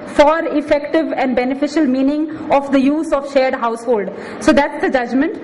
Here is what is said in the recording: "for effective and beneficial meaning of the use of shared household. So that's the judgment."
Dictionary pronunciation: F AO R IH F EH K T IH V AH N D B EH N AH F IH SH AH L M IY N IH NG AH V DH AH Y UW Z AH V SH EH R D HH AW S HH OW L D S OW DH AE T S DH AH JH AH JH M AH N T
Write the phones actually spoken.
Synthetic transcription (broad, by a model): F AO R IH F EH K T IH V AH N D B EH N AH F IH SH AH L M IY N IH NG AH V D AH Y UW Z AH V SH EH R D HH AW S HH OW L D S OW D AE T S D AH JH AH JH M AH N T